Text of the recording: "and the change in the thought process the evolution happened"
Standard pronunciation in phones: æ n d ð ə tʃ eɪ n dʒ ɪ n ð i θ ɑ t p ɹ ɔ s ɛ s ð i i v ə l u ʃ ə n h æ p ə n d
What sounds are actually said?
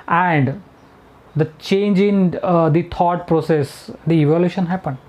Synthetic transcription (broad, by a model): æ n d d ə tʃ eɪ n dʒ ɪ n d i t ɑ t p ɹ ɔ s ɛ s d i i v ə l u ʃ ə n h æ p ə n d